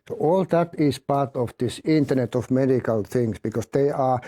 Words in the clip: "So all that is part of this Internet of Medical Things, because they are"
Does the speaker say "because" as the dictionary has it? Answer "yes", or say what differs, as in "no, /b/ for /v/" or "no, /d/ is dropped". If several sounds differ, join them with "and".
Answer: no, /s/ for /z/